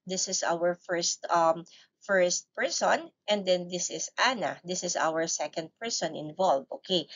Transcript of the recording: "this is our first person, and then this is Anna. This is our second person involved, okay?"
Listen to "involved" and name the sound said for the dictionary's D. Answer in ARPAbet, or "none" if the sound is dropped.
none